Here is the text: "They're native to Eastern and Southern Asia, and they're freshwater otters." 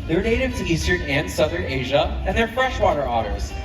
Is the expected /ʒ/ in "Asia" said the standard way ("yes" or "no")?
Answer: yes